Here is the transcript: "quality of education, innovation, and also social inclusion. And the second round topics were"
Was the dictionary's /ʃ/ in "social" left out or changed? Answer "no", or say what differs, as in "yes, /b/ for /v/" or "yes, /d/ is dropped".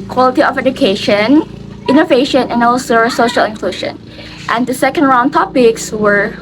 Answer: no